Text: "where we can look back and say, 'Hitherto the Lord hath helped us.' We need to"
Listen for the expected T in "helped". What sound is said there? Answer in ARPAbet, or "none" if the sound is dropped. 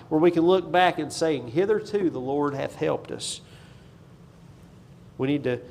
T